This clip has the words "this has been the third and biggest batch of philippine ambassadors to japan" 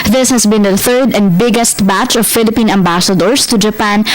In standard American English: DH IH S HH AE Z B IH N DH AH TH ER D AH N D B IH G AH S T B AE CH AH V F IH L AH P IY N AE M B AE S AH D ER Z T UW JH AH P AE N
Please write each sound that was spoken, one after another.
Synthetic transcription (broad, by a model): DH IH S HH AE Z B IH N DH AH TH ER D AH N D B IH G AH S T B AE CH AH V F IH L AH P IY N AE M B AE S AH D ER S T UW JH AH P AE N